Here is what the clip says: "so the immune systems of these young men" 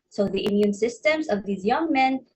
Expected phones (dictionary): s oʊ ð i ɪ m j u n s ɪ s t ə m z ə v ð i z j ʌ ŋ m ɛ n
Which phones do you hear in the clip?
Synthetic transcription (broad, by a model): s oʊ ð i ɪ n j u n s ɪ s t ə m z ə v ð i z j ʌ ŋ m ɛ n